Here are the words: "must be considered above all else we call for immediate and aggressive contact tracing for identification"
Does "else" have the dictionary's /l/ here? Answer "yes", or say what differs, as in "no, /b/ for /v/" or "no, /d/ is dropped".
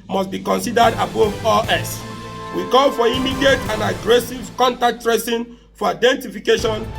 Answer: no, /l/ is dropped